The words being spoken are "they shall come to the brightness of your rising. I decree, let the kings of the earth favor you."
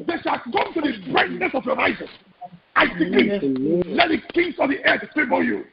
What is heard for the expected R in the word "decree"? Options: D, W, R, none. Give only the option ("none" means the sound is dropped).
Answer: none